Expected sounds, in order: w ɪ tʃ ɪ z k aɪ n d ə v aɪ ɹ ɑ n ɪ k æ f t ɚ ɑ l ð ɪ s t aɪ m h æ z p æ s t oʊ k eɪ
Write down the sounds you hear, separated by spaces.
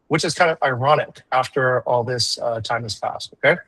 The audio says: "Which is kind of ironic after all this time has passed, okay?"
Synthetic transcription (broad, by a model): w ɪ tʃ ɪ z k aɪ n d ə v aɪ ɹ ɑ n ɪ k æ f t ɚ ɑ l ð ɪ s t aɪ m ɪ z p æ s t oʊ k eɪ